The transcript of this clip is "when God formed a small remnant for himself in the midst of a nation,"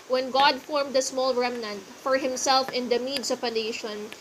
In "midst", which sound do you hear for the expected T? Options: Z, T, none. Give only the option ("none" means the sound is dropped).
none